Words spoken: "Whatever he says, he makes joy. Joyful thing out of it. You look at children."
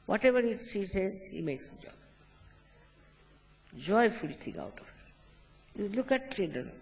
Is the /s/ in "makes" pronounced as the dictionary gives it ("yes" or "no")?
yes